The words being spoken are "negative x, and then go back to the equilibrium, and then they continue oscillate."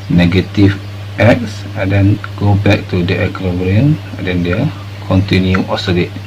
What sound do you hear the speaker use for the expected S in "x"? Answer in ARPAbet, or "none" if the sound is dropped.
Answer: S